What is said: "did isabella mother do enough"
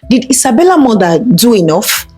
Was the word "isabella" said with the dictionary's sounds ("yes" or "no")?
no